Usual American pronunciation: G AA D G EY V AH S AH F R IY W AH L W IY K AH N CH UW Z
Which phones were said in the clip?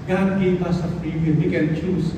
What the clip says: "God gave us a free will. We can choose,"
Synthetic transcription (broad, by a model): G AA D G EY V AH S AH P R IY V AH N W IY K AH N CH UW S